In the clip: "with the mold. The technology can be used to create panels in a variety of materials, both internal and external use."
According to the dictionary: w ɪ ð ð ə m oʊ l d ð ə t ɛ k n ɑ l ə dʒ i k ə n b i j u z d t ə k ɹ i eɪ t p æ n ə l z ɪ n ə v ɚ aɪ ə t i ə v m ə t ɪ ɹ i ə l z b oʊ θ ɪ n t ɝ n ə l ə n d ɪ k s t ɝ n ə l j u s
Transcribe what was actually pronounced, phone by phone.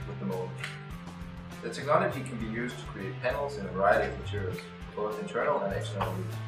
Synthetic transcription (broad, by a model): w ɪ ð ð ə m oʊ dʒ ð ə t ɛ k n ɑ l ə dʒ i k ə n b i j u z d t ə k ɹ i eɪ t p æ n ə l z ɪ n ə v ɚ aɪ ə t i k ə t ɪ ɹ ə z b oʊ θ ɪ n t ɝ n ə l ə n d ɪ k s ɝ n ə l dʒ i